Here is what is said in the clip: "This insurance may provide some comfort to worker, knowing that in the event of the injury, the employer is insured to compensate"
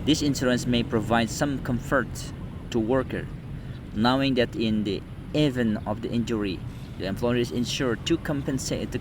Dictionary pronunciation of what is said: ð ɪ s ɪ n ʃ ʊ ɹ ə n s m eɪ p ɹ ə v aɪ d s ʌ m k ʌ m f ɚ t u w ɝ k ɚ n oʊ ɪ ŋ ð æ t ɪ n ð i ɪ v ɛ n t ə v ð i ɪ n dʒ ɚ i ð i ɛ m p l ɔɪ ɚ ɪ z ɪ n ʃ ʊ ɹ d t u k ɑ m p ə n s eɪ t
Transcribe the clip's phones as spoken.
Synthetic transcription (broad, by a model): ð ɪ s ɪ n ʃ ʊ ɹ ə n s m eɪ p ɹ ə v aɪ d s ʌ m k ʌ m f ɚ t u w ɝ k ɚ n oʊ ɪ ŋ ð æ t ɪ n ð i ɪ v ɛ n ə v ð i ɪ n dʒ ɚ i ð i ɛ m p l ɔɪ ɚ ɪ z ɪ n ʃ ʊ ɹ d t u k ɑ m p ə n s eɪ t